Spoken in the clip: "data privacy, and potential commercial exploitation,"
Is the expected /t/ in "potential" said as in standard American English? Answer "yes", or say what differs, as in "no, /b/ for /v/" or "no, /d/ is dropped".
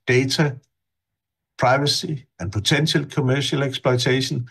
no, /s/ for /t/